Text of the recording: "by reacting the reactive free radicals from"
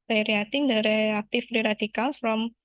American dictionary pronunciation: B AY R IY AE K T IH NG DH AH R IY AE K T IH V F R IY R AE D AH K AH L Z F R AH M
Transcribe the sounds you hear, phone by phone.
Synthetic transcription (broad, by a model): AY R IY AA T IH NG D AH R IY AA K T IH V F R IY R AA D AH K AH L S F R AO M